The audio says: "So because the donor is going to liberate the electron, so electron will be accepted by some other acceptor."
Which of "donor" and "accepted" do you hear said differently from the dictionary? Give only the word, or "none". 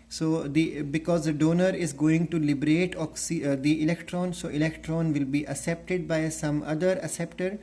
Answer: accepted